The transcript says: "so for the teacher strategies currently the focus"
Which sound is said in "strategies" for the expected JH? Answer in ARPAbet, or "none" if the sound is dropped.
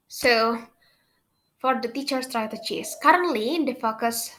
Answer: CH